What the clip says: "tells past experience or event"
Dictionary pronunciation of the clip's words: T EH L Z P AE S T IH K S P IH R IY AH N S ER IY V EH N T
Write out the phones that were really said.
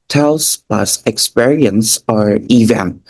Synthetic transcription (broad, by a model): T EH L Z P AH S IH K S P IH R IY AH N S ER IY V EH N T